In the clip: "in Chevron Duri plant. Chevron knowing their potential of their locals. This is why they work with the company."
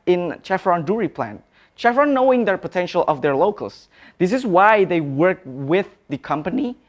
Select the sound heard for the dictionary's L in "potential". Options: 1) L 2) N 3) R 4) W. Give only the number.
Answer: 1